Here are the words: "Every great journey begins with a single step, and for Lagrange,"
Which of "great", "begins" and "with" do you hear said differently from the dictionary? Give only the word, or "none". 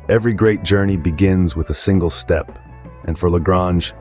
none